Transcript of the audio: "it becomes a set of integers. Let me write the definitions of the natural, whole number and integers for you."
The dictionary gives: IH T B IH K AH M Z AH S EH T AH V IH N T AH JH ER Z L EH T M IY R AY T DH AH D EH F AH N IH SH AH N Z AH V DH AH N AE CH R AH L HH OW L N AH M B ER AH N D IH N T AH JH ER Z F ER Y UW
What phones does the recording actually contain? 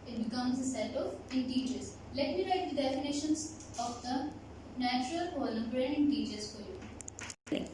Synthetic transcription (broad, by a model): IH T B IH K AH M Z AH S EH T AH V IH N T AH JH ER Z L EH T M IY R AY T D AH D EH F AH N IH SH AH N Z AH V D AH N AE CH R AH L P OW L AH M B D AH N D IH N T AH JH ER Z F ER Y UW